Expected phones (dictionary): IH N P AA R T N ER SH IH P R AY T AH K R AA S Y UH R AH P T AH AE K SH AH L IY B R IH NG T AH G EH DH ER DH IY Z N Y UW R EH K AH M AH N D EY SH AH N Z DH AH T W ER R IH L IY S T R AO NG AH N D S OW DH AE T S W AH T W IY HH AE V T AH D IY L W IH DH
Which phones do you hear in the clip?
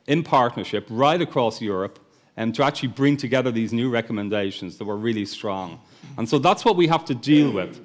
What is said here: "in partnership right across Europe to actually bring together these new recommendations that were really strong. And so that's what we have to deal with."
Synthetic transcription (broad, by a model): IH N P AA R T N ER SH IH P R AY T AH K R AA S Y UH R AH P T AH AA K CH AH L IY B R IH NG T AH G EH DH ER DH IY Z N Y UW R EH K AH M AH N D EY SH AH N Z DH AH T W ER R IH L IY S T R AO NG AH N S OW DH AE T S W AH T W IY HH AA F T AH D IY L W IH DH